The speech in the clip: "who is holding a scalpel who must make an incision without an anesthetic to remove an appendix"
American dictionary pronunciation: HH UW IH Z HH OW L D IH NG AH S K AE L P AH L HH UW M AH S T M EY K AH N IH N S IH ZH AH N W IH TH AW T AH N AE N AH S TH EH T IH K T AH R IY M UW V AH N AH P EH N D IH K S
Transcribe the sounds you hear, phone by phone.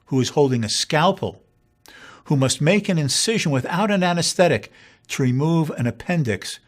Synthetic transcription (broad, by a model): HH UW IH Z HH OW L D IH NG AH S K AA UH P L HH UW M AH S T M EY K AH N IH N S IH ZH AH N W IH TH AW T AH N AE N AH S TH EH T IH K T AH R IY M UW V AH N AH P EH N D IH K S